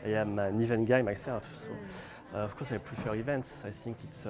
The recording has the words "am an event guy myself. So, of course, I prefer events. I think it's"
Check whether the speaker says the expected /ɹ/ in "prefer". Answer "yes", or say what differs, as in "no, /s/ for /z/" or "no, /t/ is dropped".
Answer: no, /l/ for /ɹ/